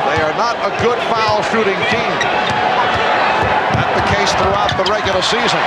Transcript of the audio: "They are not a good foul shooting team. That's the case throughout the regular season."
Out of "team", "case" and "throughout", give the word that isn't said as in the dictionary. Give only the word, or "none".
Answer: none